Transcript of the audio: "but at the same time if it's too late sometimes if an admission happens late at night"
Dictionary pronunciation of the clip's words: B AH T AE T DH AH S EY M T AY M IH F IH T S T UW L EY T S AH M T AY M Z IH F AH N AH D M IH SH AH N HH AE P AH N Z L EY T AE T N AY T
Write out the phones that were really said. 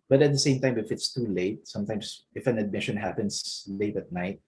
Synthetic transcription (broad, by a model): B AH T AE T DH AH S EY M T AY M IH F IH T S T UW L EY T S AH M T AY M S IH F AH N AH D M IH SH AH N HH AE P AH N S L EY T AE T N AY T